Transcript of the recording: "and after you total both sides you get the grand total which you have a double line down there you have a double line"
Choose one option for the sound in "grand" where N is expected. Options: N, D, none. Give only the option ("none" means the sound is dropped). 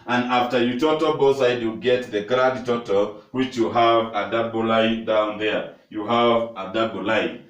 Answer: none